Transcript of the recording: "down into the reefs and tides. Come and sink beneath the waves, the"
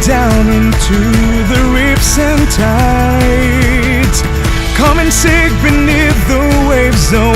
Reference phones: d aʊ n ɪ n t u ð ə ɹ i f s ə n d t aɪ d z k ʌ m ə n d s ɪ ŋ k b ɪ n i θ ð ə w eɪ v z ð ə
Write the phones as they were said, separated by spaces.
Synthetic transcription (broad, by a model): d aʊ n ɪ n t u ð ə ɹ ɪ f s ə n t aɪ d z k ʌ m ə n s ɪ k b ɪ n i θ ð ə w eɪ v z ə